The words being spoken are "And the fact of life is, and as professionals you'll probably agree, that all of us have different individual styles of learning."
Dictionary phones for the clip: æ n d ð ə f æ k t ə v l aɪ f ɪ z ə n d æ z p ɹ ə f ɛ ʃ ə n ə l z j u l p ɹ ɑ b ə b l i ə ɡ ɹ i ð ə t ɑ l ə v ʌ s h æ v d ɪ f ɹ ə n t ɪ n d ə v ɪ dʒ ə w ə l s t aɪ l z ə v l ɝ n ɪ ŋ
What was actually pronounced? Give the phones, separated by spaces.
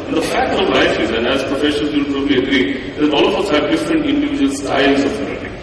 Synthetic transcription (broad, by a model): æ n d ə f æ k t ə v l aɪ f ɪ z ə n d æ z p ɹ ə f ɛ ʃ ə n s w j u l p ɹ ɑ b ə b l i ə ɡ ɹ i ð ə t ɑ l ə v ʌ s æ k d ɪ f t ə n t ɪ n d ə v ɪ dʒ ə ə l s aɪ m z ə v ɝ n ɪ